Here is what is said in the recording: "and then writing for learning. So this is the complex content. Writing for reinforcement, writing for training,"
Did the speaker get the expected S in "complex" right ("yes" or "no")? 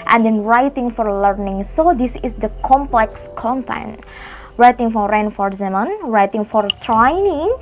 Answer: yes